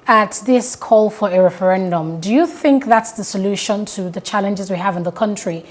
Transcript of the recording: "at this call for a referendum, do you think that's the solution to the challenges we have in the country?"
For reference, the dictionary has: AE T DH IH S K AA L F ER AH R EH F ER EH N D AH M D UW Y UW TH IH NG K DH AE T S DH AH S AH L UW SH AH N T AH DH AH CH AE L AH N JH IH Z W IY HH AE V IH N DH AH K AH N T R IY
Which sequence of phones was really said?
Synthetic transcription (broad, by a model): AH T DH IH S K AA L F ER AH R EH F ER EH N D AH M D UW Y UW TH IH NG K DH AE T S DH AH S AH L UW SH AH N T AH DH AH CH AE L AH N JH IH Z W IY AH V IH N DH AH K AH N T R IY